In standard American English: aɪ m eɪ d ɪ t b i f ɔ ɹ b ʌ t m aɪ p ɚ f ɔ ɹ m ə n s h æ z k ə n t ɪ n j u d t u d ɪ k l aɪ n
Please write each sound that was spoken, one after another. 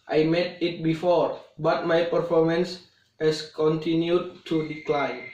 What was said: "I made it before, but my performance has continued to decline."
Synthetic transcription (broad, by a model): aɪ m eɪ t ɪ t b i f ɔ ɹ b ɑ t m aɪ p ɚ f ɔ ɹ m ə n s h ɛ s k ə n t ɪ n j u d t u d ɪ k l aɪ n